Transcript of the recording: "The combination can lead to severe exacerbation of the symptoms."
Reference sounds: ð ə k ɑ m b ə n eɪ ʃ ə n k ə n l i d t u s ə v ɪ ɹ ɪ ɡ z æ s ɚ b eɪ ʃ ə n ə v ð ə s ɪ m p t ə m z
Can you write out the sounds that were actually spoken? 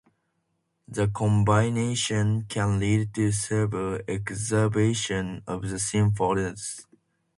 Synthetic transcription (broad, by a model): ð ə k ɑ m b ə n eɪ ʃ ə n k ə n l i d t u s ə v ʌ l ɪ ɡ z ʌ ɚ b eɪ ʃ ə n ə v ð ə s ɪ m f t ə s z